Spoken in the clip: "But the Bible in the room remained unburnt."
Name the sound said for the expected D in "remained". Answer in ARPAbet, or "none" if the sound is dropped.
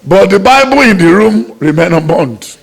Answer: none